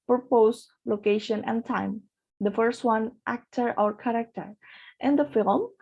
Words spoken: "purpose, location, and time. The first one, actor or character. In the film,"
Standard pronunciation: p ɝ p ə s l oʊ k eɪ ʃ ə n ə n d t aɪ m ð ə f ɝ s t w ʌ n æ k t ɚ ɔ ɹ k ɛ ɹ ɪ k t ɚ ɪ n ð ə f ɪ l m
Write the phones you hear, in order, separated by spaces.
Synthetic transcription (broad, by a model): p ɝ p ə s l oʊ k eɪ ʃ ə n ə n d t aɪ m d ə f ɝ s t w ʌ n æ k t ɚ ɔ ɹ k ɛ ɹ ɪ k t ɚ ɪ n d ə f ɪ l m